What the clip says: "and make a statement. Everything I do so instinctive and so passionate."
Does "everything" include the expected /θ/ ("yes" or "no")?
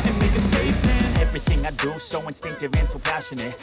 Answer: yes